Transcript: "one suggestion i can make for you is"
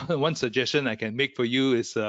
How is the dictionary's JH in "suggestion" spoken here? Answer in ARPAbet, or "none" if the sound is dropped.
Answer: JH